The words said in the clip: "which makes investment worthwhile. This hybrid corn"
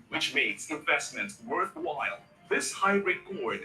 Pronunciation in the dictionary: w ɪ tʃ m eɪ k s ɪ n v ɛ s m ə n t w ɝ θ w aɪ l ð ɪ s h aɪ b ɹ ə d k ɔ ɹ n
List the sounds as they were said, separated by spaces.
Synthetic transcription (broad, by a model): w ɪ tʃ m eɪ k s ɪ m v ɛ s m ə n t w ɝ θ w aɪ l ð ɪ s h aɪ ɹ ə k ɔ ɹ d